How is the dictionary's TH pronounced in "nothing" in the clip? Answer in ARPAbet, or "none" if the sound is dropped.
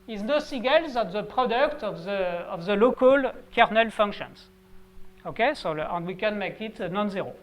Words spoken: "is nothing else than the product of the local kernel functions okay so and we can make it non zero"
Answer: S